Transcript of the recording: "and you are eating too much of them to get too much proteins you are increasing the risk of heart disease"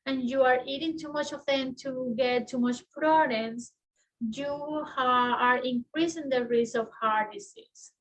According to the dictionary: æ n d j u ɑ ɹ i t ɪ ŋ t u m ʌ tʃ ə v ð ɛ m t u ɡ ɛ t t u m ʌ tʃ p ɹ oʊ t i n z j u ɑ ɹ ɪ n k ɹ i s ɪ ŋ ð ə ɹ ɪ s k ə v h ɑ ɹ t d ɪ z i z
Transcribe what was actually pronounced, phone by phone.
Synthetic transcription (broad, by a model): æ n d j u ɑ ɹ i t ɪ ŋ t u m ʌ tʃ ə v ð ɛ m t u ɡ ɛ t t u m ʌ tʃ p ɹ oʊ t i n s j u ɑ ɹ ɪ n k ɹ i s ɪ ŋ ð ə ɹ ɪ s ə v h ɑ ɹ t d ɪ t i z